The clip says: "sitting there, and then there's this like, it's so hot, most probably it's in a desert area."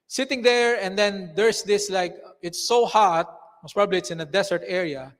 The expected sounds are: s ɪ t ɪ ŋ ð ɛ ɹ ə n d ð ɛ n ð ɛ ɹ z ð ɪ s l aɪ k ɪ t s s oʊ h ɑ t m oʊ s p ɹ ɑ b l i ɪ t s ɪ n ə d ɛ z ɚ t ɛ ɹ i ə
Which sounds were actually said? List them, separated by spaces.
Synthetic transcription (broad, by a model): s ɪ t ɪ ŋ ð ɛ ɹ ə n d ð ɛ n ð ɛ ɹ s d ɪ s l aɪ k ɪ t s s oʊ h ɑ t m oʊ s p ɹ ɑ b l i ɪ t s ɪ n ə d ɛ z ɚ t ɛ ɹ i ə